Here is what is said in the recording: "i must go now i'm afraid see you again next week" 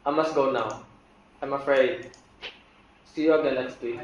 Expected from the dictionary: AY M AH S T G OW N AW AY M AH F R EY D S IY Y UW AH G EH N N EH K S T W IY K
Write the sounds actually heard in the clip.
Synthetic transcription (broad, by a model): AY M AH S T G OW N AW AY M AH F R EY D S IY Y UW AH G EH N L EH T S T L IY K